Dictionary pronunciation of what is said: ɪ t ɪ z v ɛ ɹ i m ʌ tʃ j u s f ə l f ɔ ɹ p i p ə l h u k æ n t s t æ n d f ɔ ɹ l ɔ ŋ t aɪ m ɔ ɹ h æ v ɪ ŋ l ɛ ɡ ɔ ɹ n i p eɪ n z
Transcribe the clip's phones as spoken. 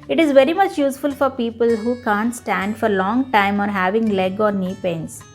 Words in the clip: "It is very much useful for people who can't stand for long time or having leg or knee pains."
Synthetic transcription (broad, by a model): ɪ t ɪ z v ɛ ɹ i m ʌ tʃ j u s f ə l f ɔ ɹ p i p ə l h u k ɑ n t s t æ n d f ɔ ɹ l ɔ ŋ t aɪ m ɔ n h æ v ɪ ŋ l ɛ ɡ ɔ ɹ n i p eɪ n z